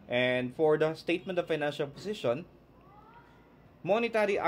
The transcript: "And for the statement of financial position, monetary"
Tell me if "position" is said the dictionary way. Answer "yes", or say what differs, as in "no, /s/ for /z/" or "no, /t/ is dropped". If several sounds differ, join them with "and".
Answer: no, /s/ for /z/